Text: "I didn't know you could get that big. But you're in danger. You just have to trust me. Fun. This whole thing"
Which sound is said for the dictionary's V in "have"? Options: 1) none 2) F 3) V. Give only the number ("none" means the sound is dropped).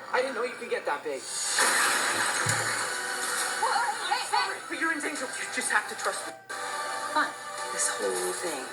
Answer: 2